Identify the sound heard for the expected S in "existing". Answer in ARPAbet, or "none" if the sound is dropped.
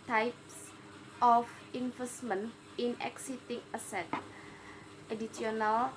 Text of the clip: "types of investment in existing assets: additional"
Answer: none